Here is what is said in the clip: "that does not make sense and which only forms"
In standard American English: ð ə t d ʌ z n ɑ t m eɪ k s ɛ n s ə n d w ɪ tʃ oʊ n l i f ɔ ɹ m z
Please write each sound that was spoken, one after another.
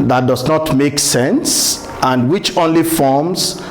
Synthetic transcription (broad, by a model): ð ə t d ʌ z n ɑ t m eɪ k s ɛ n s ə n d w ɪ tʃ oʊ n l i f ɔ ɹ m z